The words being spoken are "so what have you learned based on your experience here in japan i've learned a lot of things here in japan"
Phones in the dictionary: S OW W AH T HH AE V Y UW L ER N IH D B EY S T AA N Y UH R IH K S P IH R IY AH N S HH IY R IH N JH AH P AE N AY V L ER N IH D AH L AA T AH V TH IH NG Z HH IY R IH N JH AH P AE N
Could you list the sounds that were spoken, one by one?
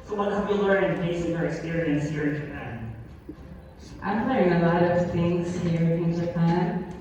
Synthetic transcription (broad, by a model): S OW W AH T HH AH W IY L ER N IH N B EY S IH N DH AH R IH K S P IH R IY AH N S HH IY R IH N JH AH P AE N AY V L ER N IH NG AH L AA T AH V TH IH NG Z HH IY R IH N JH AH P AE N